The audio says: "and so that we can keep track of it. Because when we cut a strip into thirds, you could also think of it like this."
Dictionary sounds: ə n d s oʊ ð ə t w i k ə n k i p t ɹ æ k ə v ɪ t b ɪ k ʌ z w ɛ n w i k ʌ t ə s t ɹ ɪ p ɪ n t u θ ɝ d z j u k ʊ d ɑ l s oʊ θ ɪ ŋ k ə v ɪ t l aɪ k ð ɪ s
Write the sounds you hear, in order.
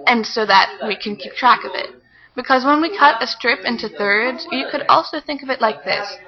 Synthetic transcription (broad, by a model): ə n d s oʊ ð ə t w i k ə n k i p t ɹ æ k ə v ɪ t b ɪ k ʌ z w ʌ n w i k ʌ t ə s t ɹ ɪ p ɪ n t u θ ɝ d z j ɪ k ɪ d ɑ l s oʊ θ ɪ ŋ k ə v ɪ t l aɪ k ð ɪ s